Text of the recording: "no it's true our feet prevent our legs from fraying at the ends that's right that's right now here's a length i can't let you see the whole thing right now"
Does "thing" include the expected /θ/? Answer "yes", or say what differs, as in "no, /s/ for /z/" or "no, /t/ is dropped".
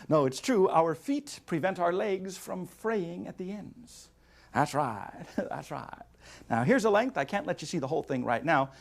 yes